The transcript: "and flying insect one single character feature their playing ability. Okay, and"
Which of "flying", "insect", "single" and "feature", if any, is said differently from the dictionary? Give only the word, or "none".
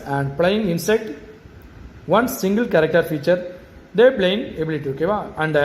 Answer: flying